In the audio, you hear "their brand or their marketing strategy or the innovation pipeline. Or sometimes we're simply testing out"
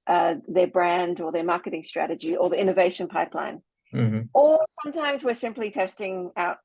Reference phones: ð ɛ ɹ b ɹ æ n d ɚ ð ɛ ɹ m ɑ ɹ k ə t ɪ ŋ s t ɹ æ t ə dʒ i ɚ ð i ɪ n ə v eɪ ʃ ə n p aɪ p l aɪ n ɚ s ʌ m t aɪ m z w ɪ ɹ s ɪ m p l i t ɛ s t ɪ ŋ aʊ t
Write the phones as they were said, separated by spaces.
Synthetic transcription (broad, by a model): ð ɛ ɹ b ɹ æ n d ɚ ð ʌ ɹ m ɑ ɹ k ə t ɪ ŋ s t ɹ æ t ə dʒ i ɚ ð i ɪ n ə v eɪ ʃ ə n p aɪ p l aɪ n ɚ s ʌ m t aɪ m z w ɪ ɹ s ɪ m p l i t ɛ s t ɪ ŋ aʊ t